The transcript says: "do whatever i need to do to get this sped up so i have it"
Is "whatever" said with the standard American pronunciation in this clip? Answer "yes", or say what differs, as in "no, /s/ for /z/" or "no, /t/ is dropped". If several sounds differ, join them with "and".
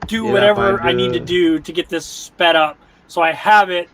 yes